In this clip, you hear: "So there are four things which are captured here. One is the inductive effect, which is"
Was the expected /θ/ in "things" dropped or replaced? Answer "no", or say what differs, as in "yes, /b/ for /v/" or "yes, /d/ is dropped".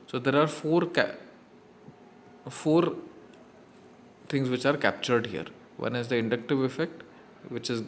yes, /f/ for /θ/